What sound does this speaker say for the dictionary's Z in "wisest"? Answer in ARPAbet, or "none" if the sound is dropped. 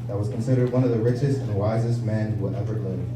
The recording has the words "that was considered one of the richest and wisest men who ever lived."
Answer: Z